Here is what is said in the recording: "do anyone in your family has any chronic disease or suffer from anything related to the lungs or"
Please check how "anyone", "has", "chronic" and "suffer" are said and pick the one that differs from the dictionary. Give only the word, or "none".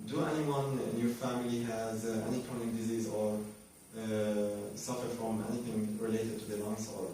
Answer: chronic